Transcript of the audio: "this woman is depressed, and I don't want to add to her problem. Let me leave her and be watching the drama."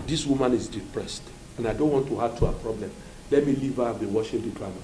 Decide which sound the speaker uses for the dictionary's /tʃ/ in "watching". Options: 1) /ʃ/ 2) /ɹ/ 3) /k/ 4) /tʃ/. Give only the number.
1